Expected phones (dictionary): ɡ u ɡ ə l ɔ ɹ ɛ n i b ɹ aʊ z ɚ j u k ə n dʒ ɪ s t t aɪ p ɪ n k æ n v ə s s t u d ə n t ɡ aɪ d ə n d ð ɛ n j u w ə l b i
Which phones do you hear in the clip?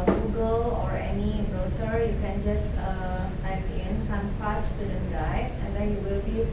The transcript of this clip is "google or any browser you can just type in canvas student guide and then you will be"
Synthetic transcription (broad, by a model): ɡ u ɡ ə l ɔ ɹ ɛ n i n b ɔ s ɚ j u k ə n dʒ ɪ s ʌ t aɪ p ɪ n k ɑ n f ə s s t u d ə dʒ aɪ ə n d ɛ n j u w ə l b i